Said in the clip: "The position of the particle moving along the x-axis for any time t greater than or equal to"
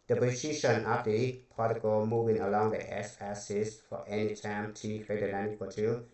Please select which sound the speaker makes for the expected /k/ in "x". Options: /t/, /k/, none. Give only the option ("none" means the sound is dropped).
none